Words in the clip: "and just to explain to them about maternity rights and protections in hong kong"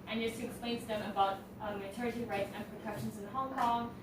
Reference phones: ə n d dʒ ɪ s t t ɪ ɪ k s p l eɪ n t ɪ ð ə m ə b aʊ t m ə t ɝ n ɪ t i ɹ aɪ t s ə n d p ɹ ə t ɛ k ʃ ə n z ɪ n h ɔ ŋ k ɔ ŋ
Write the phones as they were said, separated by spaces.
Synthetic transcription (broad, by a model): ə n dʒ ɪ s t t ɪ ɪ k s p l eɪ n t ɪ ð ə m ə b aʊ t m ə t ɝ ɪ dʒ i ɹ aɪ t s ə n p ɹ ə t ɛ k ʃ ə n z ɪ n h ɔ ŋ k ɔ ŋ